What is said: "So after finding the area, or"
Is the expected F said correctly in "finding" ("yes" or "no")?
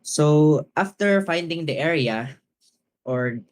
yes